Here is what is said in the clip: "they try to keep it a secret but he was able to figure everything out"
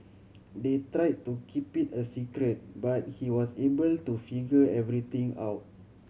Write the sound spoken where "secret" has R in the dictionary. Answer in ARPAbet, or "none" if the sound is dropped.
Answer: R